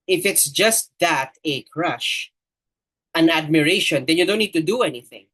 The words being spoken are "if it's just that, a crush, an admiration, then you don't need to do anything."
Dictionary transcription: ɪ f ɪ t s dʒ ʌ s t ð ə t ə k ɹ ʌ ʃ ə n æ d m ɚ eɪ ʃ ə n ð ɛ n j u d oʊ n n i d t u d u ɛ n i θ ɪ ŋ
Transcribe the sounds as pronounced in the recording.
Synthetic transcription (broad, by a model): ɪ f ɪ t s dʒ ʌ s t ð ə t ə k ɹ ʌ ʃ ə n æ d m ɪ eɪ ʃ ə n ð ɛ n j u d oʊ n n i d t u d u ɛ n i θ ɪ ŋ